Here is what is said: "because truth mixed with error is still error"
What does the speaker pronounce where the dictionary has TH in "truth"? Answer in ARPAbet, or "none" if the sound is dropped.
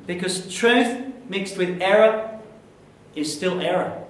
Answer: TH